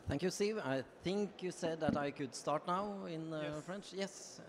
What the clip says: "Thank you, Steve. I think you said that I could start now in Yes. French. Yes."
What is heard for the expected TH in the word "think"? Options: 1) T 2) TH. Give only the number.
2